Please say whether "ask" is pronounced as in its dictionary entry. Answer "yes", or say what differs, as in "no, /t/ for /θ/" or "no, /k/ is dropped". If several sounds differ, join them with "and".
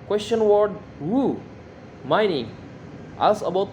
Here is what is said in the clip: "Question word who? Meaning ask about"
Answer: no, /k/ is dropped